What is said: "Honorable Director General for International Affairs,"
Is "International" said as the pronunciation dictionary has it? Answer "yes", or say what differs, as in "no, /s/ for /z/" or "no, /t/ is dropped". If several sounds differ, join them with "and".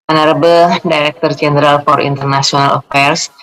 no, /s/ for /ʃ/